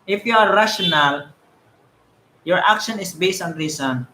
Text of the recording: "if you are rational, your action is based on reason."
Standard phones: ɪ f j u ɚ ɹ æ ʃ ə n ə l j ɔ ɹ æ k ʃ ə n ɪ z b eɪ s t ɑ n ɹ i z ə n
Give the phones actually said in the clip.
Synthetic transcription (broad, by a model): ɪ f j u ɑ ɹ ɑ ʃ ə n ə l j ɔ ɹ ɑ k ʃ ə n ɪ s b eɪ s t ɑ n ɹ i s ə n